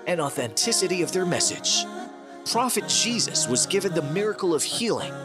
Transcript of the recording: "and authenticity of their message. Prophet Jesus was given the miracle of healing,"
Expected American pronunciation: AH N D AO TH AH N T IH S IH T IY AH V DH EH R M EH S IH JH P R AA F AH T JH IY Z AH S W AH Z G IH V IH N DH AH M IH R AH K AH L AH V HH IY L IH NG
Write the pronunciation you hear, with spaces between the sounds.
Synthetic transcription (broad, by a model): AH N AO TH AH N T IH S IH T IY AH V DH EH R M EH S IH JH P R AA F AH T JH IY Z AH S W AH Z G IH V IH N DH AH M IH R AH K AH L AH V HH IY L IH NG